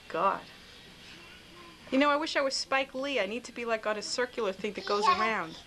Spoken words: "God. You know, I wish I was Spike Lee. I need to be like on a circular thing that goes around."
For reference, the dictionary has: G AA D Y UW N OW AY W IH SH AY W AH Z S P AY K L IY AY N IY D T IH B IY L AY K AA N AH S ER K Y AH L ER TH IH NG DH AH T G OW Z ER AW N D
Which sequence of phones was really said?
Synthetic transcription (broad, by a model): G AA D Y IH N OW AY W IH SH AY W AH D S P AY K L IY AY N IY D T IH B IY L AY K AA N AH S ER K Y L ER TH IH NG DH AH T G OW Z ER AW N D